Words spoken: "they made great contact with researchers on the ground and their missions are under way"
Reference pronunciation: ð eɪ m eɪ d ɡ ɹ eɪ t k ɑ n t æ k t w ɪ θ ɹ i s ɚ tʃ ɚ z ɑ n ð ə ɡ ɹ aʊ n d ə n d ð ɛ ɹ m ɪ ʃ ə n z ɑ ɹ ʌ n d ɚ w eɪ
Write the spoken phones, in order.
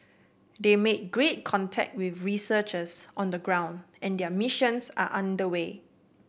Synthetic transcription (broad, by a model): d eɪ m eɪ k ɡ ɹ eɪ t k ɑ n t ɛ k t w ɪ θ ɹ i s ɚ tʃ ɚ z ɑ n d ə ɡ ɹ aʊ n d ə n d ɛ m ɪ ʃ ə n s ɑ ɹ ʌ n d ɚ w eɪ